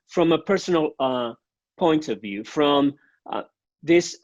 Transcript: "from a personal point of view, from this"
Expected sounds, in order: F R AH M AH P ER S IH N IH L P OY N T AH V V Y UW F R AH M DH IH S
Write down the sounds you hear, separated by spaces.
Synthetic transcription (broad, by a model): F R AH M AH P ER S N L P OY N T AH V V Y UW F R AH M DH IH S